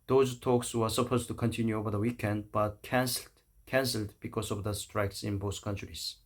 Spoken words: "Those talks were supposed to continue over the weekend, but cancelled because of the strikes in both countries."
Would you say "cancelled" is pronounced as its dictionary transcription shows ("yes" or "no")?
yes